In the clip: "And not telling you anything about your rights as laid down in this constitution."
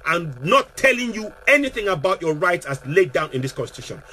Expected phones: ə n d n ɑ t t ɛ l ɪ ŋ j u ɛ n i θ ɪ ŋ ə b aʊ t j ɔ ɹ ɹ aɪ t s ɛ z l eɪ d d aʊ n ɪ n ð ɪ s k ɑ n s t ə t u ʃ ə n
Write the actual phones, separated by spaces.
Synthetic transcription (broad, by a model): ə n n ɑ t t ɛ l ɪ ŋ j u ɛ n i θ ɪ ŋ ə b aʊ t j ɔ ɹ ɹ aɪ t s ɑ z l eɪ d d aʊ n ɪ n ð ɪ s k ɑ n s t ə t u ʃ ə n